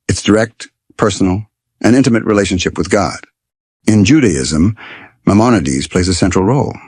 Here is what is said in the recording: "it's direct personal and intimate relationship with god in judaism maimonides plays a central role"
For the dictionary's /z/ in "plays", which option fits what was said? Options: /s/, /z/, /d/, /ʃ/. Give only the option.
/z/